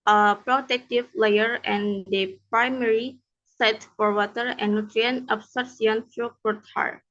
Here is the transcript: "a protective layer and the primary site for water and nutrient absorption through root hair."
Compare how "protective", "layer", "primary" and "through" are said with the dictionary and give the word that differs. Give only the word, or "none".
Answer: through